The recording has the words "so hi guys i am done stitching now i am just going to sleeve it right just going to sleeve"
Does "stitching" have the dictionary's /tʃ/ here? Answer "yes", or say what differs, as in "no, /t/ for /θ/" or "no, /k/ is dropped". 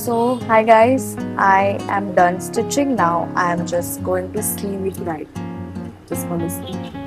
yes